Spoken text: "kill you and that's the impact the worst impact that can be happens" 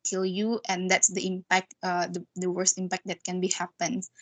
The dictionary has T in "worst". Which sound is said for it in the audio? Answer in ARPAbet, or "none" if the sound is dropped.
T